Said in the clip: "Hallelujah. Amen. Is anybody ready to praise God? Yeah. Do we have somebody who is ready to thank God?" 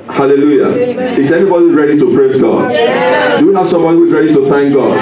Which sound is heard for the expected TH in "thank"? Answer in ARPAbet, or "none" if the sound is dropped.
TH